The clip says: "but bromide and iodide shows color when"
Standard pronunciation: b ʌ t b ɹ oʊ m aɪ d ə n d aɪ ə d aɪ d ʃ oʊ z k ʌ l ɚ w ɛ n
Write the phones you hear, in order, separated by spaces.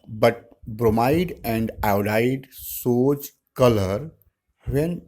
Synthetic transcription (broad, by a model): b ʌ t b ɹ oʊ m aɪ d ə n d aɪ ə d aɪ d s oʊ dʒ k ʌ l ɚ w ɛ n